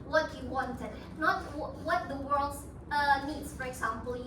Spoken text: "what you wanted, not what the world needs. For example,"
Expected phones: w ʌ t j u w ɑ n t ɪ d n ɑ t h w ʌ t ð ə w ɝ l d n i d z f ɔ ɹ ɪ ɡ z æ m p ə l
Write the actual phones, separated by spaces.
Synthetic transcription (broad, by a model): w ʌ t j u w ɑ n t ɪ d n ɑ t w w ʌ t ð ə w ɝ l d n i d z f ɔ ɹ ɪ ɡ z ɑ m p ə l